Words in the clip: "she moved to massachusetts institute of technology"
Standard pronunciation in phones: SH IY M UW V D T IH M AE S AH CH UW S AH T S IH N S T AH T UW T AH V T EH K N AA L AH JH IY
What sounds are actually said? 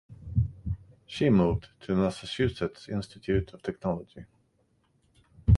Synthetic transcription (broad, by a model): SH IY M UW V D T IH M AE S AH S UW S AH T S IH N S T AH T UW T AH V T EH K N AA L AH JH IY